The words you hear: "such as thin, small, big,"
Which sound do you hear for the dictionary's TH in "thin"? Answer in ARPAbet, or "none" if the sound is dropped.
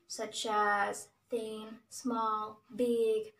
TH